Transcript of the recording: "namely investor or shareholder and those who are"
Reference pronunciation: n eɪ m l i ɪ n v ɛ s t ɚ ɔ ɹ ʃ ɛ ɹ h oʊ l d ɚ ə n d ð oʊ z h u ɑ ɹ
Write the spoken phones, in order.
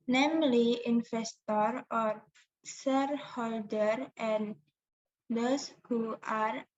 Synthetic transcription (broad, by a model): n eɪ m l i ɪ n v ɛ s t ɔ ɔ ɹ s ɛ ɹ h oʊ l d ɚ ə n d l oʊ s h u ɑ ɹ